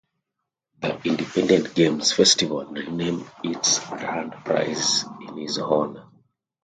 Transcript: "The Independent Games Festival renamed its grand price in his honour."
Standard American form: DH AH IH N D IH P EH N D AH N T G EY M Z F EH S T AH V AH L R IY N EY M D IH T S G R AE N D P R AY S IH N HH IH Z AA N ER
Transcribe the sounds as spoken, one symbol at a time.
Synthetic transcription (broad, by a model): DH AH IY N D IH P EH N D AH N T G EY M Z F EH S T AH V AH L R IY N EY M IH T S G R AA N D P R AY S IH N HH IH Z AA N